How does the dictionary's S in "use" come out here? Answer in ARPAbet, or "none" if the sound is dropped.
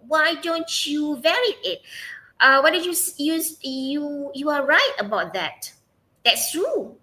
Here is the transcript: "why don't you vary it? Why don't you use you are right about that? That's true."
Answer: none